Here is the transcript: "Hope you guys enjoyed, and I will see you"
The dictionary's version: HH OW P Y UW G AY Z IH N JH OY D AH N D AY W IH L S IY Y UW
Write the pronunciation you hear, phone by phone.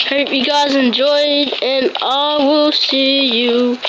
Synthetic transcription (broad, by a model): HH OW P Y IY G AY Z IH N JH OY D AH N AY W IH L S IY Y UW